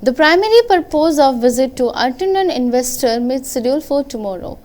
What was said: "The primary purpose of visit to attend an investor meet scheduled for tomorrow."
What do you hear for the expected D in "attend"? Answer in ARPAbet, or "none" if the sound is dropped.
none